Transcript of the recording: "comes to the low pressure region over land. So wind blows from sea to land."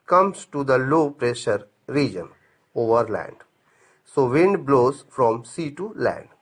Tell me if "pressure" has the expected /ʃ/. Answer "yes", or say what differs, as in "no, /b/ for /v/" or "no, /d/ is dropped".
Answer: yes